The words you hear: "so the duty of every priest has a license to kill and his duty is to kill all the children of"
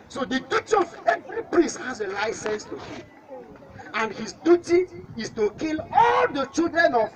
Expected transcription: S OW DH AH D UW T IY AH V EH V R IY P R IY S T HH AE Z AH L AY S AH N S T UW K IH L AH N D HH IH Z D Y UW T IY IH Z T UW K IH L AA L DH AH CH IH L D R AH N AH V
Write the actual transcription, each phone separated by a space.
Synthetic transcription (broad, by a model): S OW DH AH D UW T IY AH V EH V R IY P R IY S T HH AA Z AH L AY S AH N S T UW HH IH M AH N D HH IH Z D Y UW T IY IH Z T UW K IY L AA L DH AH CH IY L D R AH N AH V